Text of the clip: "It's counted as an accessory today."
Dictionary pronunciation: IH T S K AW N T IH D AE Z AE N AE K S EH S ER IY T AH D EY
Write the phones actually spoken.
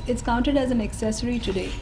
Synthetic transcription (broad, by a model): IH T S K AW N T IH D AE Z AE N AE K S EH S ER IY T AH D EY